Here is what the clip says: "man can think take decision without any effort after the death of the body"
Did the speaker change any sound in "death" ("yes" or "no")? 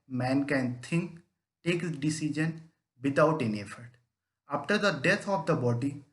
yes